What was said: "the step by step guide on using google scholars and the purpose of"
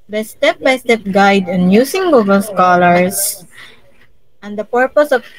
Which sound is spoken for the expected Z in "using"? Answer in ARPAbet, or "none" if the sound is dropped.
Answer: S